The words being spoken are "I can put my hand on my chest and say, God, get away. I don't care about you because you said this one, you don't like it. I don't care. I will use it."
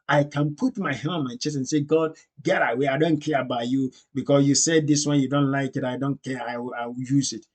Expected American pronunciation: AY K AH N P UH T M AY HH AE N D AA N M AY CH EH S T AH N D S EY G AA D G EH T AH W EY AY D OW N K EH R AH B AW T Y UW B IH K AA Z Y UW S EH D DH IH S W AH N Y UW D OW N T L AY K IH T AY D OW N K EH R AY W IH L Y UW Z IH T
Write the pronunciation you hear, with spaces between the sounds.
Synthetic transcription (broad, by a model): AY K AH N P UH T M AY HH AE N AA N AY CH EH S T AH N S EY G AA D G EH T AH W EY AY D OW N K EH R AH B AW T Y UW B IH K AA S Y UW S EH D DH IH S W AH N Y UW D OW N T L AY K IH T AY D OW N K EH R AY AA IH W Y UW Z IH T